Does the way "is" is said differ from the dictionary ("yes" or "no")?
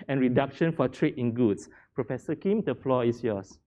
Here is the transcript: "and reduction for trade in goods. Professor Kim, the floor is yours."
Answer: yes